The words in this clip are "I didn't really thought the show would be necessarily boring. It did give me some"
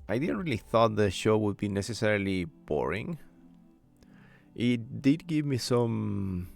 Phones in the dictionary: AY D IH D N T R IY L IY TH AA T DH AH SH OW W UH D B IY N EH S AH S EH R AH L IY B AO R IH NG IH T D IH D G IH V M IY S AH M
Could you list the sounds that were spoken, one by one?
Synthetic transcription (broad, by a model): AY D IH D N T R IY L IY TH AA T DH AH SH OW W UH D B IY N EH S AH S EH R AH L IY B AO R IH NG IH T D IH D G IH V M IY S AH M